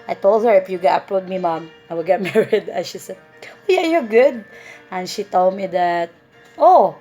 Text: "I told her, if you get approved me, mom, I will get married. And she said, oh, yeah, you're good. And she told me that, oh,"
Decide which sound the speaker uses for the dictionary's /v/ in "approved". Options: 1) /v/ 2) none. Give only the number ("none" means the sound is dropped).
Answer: 2